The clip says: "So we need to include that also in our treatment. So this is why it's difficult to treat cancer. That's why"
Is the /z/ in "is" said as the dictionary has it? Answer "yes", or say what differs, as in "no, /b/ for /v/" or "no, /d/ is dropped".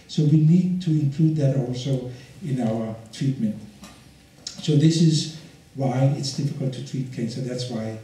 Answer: yes